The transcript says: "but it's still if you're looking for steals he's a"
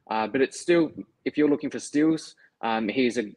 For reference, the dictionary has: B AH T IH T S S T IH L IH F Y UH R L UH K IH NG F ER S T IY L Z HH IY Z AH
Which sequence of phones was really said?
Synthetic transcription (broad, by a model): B AH T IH T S S T IH L IH F Y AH R L UH K IH NG F ER S T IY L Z HH IY Z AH